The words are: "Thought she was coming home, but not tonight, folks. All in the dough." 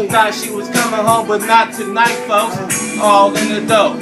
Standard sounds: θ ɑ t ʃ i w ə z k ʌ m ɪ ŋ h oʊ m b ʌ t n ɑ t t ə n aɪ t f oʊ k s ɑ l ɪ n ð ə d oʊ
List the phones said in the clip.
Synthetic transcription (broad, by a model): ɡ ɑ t ʃ i w ə z k ʌ m ɪ ŋ h oʊ m b ʌ t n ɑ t t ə n aɪ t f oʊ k ɑ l ɪ n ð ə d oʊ